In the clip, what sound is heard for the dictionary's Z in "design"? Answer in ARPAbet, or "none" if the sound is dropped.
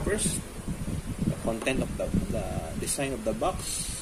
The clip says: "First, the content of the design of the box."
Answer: S